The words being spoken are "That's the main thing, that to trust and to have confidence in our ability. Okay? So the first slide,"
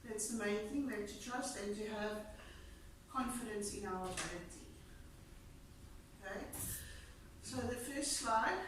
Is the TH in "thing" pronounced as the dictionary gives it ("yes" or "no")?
yes